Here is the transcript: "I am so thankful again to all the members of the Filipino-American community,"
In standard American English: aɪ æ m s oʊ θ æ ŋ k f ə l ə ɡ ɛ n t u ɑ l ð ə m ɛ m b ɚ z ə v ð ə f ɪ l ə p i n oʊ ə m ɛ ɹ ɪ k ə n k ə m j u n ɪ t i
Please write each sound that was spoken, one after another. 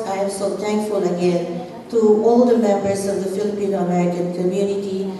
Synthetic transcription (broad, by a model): aɪ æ m s oʊ t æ ŋ k f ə l ə ɡ ɛ n t u ɑ l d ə m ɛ m b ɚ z ə v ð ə f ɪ l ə p i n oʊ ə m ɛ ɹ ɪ ə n k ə m j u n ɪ t i